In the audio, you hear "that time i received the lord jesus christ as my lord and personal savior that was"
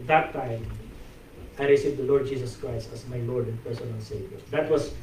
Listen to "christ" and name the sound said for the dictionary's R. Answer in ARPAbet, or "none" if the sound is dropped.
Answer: R